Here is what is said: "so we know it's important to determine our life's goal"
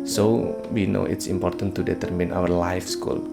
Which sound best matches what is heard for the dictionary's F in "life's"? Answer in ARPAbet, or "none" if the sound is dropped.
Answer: F